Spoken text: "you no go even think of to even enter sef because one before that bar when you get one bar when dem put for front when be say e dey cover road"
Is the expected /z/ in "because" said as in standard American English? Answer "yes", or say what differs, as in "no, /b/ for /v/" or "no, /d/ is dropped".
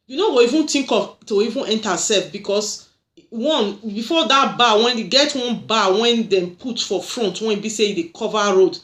no, /s/ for /z/